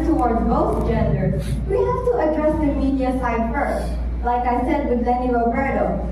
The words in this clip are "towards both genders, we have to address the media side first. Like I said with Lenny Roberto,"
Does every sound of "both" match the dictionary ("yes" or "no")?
no